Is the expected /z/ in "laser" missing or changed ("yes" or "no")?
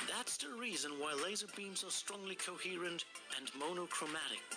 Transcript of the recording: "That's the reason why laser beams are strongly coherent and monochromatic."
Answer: no